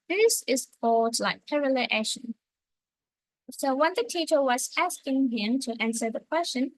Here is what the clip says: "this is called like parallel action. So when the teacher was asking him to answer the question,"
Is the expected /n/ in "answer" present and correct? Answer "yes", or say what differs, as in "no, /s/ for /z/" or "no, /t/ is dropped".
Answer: yes